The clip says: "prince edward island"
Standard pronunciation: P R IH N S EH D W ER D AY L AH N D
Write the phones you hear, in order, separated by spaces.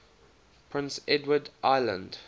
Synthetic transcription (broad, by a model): P R IH N S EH D W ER D AY L AH N D